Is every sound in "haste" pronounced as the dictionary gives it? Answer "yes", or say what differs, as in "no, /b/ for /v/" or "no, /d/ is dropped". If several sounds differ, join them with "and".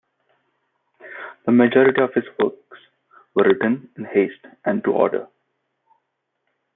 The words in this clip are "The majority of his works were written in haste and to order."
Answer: yes